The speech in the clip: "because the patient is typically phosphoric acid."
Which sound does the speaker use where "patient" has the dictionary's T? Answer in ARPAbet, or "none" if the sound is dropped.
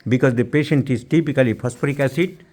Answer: T